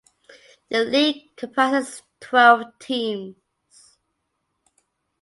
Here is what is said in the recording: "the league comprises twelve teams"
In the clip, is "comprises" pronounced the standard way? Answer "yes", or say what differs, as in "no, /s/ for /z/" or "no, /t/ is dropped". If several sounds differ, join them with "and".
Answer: no, /ɹ/ is dropped and /s/ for /z/